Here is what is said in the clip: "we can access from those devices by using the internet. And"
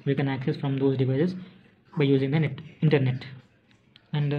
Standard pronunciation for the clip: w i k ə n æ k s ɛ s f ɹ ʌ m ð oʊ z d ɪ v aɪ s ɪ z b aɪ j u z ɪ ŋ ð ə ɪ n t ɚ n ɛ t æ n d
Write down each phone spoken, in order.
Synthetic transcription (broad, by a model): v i k ə n æ k s ɛ s f ɹ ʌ m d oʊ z d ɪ v aɪ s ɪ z b aɪ j u z ɪ ŋ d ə ɪ n t ɚ n ɛ t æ n d